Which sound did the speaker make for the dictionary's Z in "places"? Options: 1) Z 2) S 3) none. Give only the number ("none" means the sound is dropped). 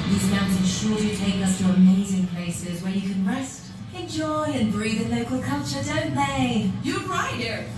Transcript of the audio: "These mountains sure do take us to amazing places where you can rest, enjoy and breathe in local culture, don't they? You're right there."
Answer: 1